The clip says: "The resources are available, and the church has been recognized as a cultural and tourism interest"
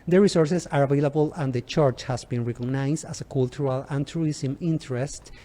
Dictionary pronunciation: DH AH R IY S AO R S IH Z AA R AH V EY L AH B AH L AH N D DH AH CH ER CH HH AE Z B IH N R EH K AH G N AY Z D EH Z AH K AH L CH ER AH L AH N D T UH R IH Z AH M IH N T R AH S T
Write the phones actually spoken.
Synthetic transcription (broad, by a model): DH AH R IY S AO R S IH S AA R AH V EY L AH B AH L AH N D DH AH CH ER CH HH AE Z B IH N R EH K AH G N AY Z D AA S AH K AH L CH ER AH L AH N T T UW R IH S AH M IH N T R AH S T